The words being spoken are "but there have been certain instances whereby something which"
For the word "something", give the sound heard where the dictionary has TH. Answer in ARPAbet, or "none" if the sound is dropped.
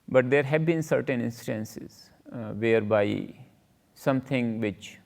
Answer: T